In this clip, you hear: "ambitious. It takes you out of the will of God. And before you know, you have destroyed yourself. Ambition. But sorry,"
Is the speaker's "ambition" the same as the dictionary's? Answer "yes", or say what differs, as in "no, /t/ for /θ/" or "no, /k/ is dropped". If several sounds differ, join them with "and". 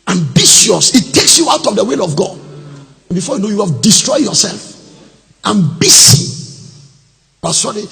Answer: no, /s/ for /ʃ/